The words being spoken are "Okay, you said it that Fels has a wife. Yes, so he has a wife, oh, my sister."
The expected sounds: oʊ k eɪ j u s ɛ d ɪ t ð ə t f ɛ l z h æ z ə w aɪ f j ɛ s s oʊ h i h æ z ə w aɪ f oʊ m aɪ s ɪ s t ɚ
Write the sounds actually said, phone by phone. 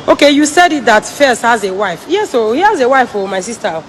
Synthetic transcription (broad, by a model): oʊ k eɪ j u s ɛ d ɪ t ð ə t f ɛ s h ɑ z ə w aɪ f j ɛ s s oʊ h i h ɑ z ə w aɪ f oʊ m aɪ s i s t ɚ